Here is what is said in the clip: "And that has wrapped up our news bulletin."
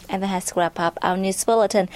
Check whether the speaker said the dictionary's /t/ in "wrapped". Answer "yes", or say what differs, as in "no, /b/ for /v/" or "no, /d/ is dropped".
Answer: no, /t/ is dropped